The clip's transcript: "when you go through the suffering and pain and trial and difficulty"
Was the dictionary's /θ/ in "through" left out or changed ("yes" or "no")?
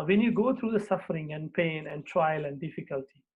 yes